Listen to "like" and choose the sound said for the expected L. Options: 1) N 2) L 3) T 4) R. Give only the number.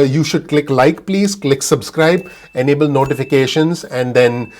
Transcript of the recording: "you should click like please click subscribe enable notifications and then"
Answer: 2